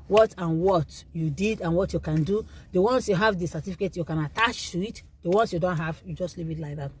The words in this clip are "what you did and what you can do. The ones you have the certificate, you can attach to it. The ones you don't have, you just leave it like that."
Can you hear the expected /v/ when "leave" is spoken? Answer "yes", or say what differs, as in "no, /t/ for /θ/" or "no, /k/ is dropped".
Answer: no, /p/ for /v/